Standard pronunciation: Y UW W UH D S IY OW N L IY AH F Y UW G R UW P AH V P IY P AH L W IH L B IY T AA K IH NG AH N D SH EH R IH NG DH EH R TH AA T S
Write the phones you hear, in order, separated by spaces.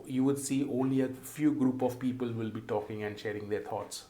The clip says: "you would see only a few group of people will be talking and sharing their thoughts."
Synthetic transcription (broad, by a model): Y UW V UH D S IY OW N L IY AH F Y UW G R UW P AH V P IY P AH L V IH L B IY T AA K IH NG AH N D SH EH R IH NG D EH R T AA T S